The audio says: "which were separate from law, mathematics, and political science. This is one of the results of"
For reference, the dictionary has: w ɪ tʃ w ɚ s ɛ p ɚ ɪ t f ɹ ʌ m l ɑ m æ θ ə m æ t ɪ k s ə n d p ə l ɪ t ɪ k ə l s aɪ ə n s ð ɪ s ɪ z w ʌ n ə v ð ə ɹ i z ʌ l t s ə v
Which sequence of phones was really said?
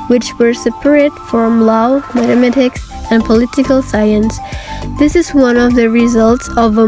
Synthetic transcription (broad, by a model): w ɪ tʃ w ɚ s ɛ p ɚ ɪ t f ɹ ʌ m l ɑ m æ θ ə m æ t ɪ k s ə n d p ə l ɪ t ɪ k ə l s aɪ ə n s ð ɪ s ɪ z w ʌ n ə v ð ə ɹ i z ʌ l t s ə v